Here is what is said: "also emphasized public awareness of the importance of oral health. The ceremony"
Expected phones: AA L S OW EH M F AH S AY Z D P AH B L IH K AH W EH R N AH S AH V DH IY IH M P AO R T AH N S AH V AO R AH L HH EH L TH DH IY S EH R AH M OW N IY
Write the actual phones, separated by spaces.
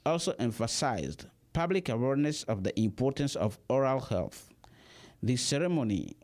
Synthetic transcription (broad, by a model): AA L S OW EH M F AH S AY Z D P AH B L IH K AH W EH R N AH S AH V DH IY IH M P AO R T AH N S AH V AO R AH L HH EH L TH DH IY S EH R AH M OW N IY